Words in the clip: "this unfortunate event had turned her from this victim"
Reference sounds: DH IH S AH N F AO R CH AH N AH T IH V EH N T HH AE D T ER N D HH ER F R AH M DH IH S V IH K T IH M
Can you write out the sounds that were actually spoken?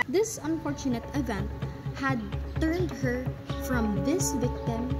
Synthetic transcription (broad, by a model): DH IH S AH N F AO R CH AH N AH T IH V EH N T HH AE D T ER N D HH ER F R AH M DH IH S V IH K T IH M